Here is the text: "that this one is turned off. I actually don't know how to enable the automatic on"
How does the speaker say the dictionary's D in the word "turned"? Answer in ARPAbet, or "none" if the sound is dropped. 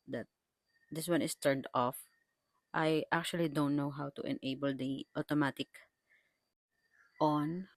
D